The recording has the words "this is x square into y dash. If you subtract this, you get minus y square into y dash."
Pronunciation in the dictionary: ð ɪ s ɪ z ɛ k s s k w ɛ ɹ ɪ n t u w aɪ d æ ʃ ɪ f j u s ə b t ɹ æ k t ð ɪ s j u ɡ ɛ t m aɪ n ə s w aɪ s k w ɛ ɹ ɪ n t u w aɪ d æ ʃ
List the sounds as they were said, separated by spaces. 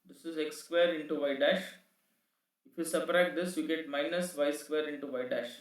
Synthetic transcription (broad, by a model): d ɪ s ɪ z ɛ k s s k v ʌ ɹ ɪ n t u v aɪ d æ ʃ ɪ f j u s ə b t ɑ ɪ t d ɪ s j u ɡ ɛ t m aɪ n ə s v aɪ s k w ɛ ɹ ɪ n t u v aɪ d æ ʃ